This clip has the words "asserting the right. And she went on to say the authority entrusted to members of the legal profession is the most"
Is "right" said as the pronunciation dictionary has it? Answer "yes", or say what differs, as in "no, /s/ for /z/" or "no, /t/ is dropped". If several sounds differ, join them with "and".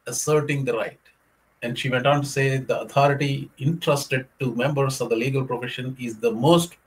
yes